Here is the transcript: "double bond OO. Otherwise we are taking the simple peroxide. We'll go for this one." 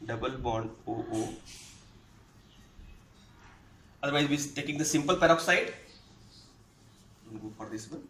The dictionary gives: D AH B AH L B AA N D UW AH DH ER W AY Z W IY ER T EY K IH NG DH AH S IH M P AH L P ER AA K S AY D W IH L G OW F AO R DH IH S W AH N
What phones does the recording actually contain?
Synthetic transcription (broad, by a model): D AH B AH L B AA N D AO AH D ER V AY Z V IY T EY K IH NG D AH S IH M P AH L P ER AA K S AY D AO N G OW F AO R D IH S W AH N